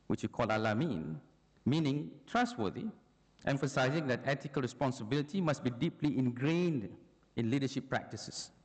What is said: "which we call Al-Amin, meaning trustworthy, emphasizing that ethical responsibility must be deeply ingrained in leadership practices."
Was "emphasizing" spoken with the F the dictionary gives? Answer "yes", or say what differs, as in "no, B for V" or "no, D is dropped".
yes